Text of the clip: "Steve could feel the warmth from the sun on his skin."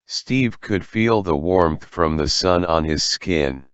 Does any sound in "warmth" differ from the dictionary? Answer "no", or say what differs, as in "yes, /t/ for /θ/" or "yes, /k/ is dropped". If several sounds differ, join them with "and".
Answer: no